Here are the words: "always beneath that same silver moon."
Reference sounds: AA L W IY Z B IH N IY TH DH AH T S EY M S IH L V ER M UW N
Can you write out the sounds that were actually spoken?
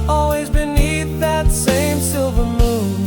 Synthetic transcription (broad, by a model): AA L W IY Z B IH N IY TH DH AH T S EY M S IH L V ER M UW N